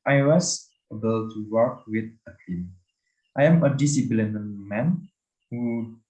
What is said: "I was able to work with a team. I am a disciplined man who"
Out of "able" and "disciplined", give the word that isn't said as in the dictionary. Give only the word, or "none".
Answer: disciplined